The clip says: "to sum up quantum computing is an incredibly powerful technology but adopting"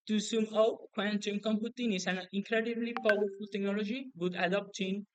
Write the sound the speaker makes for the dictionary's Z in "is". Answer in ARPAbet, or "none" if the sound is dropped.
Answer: S